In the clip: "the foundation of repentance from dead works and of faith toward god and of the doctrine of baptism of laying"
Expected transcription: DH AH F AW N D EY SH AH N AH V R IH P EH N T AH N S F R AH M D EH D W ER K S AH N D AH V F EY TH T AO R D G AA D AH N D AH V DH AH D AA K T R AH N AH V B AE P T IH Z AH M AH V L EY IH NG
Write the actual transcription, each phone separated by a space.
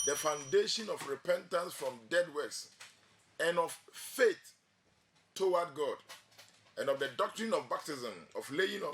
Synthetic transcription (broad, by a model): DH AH F AW N D EY SH AH N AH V R IH P EH N T AH N S F R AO M D EH D W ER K S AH N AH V F EY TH T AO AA D G AA D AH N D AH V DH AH D AA K T R AH N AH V B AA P T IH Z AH M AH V L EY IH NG